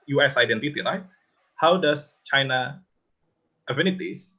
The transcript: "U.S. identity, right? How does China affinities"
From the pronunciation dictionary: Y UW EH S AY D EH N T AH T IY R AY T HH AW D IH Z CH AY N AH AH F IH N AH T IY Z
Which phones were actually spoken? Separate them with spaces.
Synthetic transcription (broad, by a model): Y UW EH S AY D EH N T AH T IY R AY T HH AW D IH S CH AY N AH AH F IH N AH T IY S